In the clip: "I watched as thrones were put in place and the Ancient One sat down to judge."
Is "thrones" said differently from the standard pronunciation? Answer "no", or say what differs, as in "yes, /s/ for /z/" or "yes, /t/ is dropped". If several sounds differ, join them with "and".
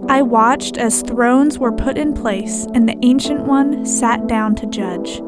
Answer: no